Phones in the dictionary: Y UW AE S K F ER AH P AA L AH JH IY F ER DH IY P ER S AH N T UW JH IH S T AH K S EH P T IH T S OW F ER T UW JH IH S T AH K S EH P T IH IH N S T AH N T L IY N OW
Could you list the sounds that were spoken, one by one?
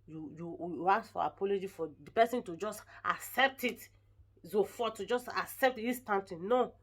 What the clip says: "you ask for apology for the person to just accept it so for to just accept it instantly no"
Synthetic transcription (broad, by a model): Y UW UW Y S F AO AH P AA L AH JH IY F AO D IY P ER S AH N T UW JH IH S T AH K S EH P T IH T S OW F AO T UW JH IH S T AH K S EH P T IH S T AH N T IY N OW